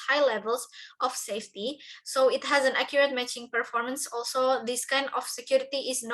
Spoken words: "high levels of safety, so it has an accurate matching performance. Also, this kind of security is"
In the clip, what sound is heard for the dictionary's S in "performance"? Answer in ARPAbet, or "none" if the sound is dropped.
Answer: S